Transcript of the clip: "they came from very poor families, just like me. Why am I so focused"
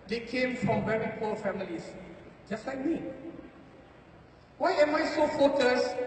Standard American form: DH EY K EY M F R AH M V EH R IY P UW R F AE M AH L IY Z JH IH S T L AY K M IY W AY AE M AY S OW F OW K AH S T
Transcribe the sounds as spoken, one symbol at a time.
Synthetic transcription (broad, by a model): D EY K EY M F R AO M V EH R IY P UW L F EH M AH L IY S JH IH S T L AY K M IY W AY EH M AY S OW F OW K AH S